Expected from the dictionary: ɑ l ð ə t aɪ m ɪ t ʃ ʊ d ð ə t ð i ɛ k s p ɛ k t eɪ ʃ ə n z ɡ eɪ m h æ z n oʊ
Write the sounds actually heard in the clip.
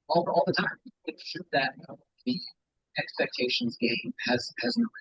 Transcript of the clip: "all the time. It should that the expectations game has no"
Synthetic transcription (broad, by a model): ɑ l ð ə t aɪ m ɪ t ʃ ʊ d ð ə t ð i ɛ k s p ɛ k t eɪ ʃ ə n z ɡ eɪ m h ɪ z n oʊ